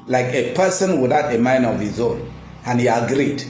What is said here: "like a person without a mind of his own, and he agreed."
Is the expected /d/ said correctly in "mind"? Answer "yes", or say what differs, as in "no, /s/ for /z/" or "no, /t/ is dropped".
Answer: no, /d/ is dropped